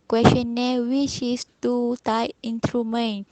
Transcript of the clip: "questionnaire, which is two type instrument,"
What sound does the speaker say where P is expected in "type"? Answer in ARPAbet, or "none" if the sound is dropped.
none